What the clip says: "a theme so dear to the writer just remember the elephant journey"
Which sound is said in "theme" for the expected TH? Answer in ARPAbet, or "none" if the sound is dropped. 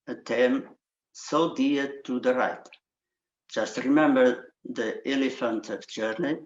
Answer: T